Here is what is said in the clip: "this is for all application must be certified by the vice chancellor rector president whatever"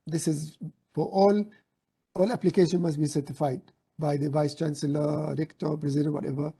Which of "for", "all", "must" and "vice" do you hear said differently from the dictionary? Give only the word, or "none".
for